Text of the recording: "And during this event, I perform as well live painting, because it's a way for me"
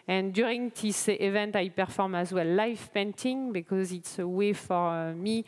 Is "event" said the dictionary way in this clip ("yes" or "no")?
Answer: yes